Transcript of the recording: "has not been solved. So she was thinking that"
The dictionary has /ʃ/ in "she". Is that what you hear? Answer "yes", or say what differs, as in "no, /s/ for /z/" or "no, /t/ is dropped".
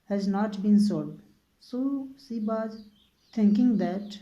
no, /s/ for /ʃ/